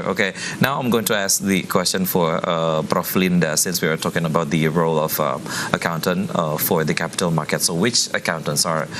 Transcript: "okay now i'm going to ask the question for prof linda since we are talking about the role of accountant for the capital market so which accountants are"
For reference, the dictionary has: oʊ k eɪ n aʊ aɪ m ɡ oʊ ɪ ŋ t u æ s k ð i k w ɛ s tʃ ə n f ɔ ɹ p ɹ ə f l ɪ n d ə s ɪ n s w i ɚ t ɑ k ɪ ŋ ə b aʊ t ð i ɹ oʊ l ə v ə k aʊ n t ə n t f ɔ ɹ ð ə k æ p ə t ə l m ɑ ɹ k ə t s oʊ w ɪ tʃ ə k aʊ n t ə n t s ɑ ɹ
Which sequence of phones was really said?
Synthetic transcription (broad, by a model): oʊ k eɪ n aʊ aɪ m ɡ oʊ ɪ ŋ t u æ s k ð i k w ɛ s tʃ ə n f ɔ ɹ b ɹ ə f l ɪ n d ə s ɪ n s w i ɚ t ɑ k ɪ ŋ ə b aʊ t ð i ɹ oʊ l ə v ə k aʊ n t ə n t f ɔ ɹ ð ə k æ p ə t ə l m ɑ ɹ k ə t s oʊ w ɪ tʃ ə k aʊ n t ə n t s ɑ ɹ